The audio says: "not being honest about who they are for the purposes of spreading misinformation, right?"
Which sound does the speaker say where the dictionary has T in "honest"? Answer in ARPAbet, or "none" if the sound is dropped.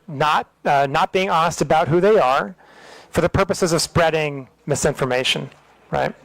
T